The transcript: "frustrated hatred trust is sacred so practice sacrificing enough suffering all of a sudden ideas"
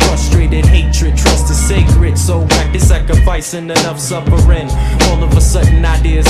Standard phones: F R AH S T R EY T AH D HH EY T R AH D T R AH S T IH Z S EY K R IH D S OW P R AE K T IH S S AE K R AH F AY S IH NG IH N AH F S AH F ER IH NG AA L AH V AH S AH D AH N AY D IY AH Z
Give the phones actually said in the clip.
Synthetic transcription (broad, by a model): F R AH S T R EY T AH D HH EY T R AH D T R AH S T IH S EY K R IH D S OW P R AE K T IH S S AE K R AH F AY S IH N IH N AH F S AH P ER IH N AA L AH V AH S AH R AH N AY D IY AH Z